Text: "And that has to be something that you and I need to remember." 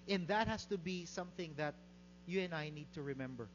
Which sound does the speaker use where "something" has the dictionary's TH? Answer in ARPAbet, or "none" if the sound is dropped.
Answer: TH